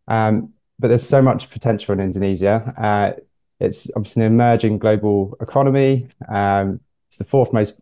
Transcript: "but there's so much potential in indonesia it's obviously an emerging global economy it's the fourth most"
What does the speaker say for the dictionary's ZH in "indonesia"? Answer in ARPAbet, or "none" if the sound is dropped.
Z